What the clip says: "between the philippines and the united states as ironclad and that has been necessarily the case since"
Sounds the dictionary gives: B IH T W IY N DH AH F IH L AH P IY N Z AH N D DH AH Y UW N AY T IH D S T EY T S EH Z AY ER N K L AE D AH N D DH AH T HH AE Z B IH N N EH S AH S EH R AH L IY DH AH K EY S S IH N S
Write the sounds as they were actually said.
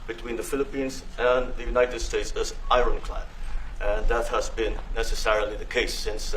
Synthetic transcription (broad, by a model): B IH T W IY N DH AH F IH L AH P IY N Z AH N DH AH Y UW N AY T IH D S T EY T S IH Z AY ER N K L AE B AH N DH AH T HH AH Z B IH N N EH S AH S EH R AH L IY DH AH K EY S S IH N S